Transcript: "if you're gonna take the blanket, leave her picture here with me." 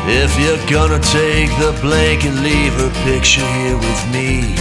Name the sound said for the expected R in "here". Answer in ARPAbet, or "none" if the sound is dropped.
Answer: R